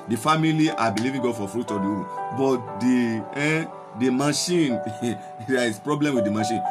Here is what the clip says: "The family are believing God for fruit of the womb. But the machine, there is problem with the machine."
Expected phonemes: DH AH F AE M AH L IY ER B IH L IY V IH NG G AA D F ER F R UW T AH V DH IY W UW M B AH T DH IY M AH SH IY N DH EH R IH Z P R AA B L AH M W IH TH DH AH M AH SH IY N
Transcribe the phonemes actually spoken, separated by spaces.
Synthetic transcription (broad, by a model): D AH F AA M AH L IY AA B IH L IY V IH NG G AA D F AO F R UW T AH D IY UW B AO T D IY M AH SH IY N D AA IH S P R AA B L AH M W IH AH M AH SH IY N